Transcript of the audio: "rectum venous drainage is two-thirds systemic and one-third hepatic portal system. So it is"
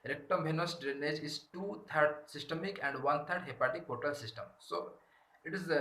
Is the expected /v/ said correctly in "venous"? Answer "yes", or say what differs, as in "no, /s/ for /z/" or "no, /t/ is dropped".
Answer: no, /b/ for /v/